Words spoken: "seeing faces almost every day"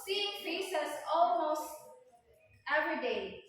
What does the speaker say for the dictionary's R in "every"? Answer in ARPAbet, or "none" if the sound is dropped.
R